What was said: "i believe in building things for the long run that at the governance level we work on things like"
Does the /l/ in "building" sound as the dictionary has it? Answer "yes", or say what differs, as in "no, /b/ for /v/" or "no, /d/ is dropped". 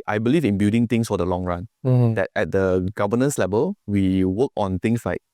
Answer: no, /l/ is dropped